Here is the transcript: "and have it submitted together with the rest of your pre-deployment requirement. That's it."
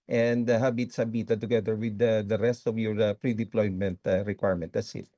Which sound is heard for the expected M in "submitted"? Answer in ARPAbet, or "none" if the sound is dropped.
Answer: none